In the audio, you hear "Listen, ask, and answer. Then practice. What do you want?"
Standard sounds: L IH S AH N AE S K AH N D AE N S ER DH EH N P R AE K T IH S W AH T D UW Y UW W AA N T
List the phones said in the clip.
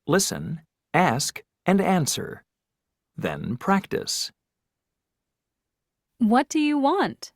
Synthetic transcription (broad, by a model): L IH S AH N AE S K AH N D AE N S ER DH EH N P R AE K T IH S W AH T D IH Y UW W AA N T